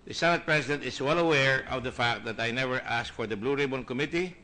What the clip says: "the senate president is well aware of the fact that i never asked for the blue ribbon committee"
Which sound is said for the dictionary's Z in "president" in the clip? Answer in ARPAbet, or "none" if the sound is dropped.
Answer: S